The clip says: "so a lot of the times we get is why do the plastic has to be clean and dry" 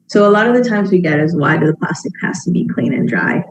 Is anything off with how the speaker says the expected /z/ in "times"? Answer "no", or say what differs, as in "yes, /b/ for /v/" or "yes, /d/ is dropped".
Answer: no